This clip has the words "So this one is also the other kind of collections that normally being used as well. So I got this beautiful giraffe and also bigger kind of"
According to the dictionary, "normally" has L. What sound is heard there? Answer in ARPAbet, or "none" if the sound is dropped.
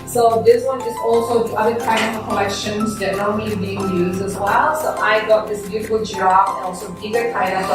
none